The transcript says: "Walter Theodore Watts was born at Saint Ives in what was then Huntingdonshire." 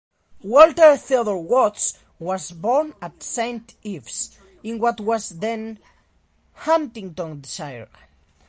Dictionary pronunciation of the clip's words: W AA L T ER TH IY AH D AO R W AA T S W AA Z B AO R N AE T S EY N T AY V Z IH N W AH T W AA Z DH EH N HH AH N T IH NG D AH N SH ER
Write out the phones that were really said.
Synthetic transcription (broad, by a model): W AA L T ER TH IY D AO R W AA T S W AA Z B AO R N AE T S EY N T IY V S IH N W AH T W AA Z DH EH N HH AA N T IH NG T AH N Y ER